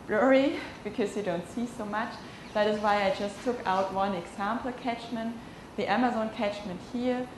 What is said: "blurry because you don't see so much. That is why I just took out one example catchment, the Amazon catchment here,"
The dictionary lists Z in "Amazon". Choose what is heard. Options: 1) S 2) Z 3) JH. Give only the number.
2